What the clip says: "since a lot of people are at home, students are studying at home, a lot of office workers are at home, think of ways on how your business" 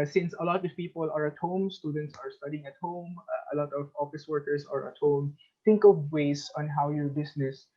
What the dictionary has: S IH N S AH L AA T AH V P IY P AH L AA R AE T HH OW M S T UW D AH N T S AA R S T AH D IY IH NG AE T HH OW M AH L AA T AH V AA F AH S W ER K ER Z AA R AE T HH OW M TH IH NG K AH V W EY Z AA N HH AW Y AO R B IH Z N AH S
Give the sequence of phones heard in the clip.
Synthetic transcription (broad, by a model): S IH N S AH L AA T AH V P IY P AH L AA R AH T HH OW M S T UW D AH N T S AA R S T AH D IY IH NG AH T HH OW M AH L AA T AH V AA F AH S W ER K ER S AA R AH T HH OW M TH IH NG K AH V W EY S AA N HH AW Y AO R B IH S N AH S